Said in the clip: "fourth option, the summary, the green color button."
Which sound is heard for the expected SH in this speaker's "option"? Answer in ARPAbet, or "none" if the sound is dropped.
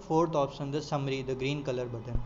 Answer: S